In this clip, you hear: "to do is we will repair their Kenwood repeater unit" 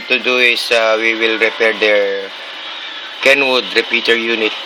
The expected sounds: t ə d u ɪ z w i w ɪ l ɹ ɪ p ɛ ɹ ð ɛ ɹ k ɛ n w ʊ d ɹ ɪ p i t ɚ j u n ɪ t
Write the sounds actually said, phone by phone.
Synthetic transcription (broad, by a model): t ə d u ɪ s w i w ɪ l ɹ ɪ p ɛ ɹ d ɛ ɹ k ɛ n w ʊ d ɹ ɪ p i t ɚ j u n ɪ t